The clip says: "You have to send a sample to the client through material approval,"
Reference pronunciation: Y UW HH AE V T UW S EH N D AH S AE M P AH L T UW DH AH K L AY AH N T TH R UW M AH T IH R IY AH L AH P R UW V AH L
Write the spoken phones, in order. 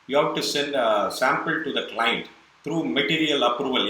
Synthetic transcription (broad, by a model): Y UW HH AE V T UW S EH N D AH S AE M P AH L T UW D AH K L AY AH N T T R UW M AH T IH R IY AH L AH P R UW V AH L